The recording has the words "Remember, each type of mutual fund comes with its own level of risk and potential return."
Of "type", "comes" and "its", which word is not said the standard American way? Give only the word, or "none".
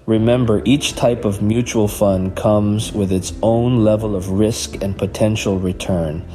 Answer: none